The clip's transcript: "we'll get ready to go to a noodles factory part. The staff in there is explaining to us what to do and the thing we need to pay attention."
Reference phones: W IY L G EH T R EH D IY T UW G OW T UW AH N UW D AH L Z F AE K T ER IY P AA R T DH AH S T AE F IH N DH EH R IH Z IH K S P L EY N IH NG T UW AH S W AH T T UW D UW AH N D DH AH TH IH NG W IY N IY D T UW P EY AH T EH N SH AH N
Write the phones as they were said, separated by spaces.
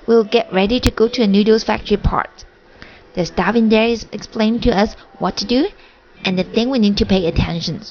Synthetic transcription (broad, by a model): W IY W G EH T R EH D IY T UW G OW T UW AH N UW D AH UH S F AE K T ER IY P AA R T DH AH S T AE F IH N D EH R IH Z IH K S P L EY IH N T UW AH S W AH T T UW D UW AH N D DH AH TH IH NG W IY N IY D T UW P EY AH T EH N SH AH N